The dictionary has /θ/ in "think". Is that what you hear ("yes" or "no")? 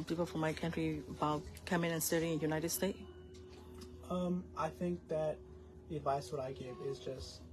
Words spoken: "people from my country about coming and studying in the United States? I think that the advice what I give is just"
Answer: yes